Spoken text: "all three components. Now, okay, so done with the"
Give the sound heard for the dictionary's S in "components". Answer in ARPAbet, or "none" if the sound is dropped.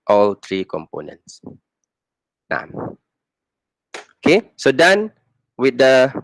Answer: S